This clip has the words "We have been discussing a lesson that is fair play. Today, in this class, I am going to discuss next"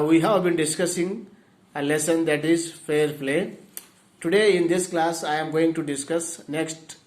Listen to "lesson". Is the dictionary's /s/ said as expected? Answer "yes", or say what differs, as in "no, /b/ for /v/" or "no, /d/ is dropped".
yes